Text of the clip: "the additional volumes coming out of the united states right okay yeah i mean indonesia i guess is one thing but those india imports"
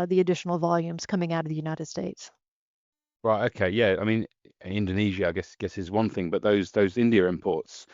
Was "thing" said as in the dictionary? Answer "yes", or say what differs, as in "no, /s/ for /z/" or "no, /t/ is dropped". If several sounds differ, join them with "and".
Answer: yes